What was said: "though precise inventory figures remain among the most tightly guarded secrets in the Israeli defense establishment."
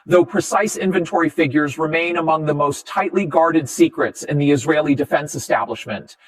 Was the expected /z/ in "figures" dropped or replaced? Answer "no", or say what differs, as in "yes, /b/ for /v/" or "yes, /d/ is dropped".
no